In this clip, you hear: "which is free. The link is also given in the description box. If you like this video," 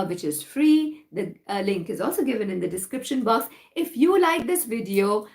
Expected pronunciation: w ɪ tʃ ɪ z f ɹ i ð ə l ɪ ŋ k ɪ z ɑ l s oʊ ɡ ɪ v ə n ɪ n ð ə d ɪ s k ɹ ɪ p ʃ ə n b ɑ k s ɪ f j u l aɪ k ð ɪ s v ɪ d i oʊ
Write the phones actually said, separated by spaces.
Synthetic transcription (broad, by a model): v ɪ tʃ ɪ z f ɹ i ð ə l ɪ ŋ k ɪ z ɑ l s oʊ ɡ ɪ v ə n ɪ n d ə d ɪ s k ɹ ɪ p ʃ ə n b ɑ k s ɪ f j u l aɪ k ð ɪ s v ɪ d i oʊ